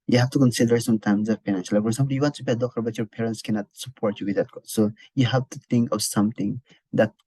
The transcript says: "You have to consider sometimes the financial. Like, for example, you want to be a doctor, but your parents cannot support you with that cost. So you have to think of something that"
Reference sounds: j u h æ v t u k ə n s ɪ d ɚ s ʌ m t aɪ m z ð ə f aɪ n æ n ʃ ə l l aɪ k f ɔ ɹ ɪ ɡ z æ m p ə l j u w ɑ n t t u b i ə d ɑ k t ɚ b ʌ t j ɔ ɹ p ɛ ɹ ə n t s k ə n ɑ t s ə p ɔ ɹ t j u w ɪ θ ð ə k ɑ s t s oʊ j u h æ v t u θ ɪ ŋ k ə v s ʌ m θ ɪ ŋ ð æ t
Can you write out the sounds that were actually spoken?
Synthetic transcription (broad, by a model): j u h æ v t u k ə n s ɪ d ɚ s ʌ m t aɪ m z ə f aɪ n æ n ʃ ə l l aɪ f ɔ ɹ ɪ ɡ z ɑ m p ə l j u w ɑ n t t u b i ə d ɑ k t ɚ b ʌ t j ɔ ɹ p ɛ ɹ ə n t s k ə n ɑ t s ə p ɔ ɹ t j u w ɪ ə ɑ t s oʊ j u h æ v t u t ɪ ŋ k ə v s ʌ m t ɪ ŋ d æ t